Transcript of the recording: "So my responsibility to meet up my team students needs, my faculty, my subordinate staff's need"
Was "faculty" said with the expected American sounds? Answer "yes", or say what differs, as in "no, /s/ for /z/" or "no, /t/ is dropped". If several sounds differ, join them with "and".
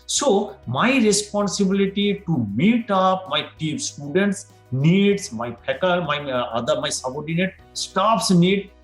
no, /p/ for /f/